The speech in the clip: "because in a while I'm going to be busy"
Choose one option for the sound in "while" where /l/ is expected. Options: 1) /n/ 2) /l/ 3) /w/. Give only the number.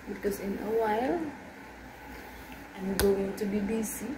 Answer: 2